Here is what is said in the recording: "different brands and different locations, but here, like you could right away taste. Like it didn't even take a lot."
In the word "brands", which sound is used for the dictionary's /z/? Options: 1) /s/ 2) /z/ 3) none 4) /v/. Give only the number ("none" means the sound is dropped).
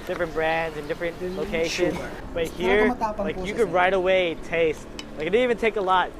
2